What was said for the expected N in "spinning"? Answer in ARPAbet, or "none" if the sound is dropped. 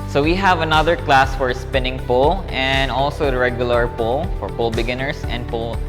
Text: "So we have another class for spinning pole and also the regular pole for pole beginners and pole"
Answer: N